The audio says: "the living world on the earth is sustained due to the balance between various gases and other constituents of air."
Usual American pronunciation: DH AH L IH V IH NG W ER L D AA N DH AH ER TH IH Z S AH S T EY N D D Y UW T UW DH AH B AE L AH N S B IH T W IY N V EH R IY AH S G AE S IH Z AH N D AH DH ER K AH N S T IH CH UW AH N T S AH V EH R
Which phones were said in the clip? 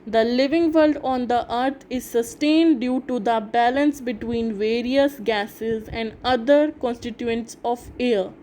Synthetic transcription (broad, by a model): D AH L IH V IH NG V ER L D AA N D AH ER T IH Z S AH S T EY N D D Y UW T UW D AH B AE L AH N S B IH T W IY N V EH R IY AH S G AE S IH Z AH N D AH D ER K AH N S T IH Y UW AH N T S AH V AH R